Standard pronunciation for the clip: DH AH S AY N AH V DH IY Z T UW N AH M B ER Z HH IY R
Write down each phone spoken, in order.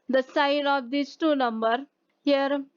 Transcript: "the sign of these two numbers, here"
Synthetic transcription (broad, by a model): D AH S AY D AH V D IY S T UW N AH M B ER HH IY R